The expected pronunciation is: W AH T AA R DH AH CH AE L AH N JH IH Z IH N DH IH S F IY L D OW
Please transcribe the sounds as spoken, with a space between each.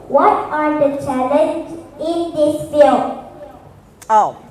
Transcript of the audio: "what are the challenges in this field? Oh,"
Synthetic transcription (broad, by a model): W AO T AA R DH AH CH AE L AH N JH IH IH N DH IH S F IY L OW